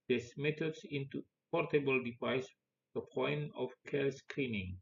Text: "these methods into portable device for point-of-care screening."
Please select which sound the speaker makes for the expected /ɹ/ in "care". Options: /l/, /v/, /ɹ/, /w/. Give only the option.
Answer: /l/